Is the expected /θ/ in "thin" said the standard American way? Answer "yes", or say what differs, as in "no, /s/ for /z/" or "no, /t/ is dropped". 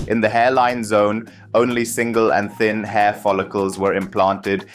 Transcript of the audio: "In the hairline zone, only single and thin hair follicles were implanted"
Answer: yes